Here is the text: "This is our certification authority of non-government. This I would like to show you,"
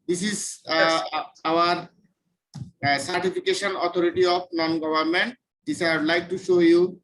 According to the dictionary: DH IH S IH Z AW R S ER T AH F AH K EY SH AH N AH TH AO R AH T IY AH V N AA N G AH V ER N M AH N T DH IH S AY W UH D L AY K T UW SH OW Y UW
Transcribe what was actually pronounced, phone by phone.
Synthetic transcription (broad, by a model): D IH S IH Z AW R S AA T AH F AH K EY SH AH N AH T AO R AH T IY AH P N AA N G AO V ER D M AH N T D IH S AY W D L AY K T UW SH OW Y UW